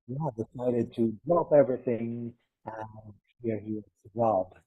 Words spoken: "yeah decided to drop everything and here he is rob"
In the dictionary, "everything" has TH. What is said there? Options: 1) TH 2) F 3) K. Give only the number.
1